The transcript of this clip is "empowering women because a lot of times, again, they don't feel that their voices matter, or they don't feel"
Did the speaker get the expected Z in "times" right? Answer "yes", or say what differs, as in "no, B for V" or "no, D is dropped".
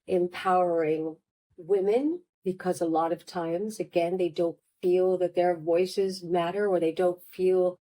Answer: yes